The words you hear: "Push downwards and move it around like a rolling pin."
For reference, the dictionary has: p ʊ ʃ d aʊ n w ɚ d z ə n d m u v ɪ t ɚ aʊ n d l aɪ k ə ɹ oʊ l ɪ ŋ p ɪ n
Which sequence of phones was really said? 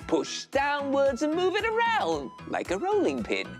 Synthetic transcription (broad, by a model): p ʊ ʃ d aʊ n w ɚ d z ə n m u v ɪ t ɚ aʊ n d l aɪ k ə ɹ oʊ l ɪ ŋ p ɪ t